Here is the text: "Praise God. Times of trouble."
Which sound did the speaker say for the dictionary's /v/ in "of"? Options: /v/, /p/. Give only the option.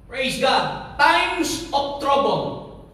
/p/